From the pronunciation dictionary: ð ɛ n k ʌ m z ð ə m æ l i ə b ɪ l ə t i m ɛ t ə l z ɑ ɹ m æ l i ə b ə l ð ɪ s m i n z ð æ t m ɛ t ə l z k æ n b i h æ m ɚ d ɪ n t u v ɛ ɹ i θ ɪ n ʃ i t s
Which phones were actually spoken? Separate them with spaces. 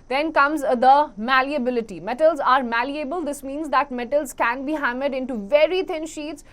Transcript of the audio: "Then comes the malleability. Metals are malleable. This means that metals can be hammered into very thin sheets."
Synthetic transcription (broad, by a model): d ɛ n k ʌ m z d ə m æ l i ə b ɪ l ə t i m ɛ t ə l z ɑ ɹ m æ l i ə b ə l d ɪ s m i n z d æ t m ɛ t ə l z k æ n b i h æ m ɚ d ɪ n t u v ɛ ɹ i t ɪ n ʃ i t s